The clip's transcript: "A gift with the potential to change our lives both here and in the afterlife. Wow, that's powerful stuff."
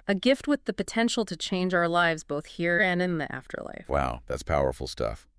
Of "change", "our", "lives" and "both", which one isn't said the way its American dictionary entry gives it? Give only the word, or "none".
none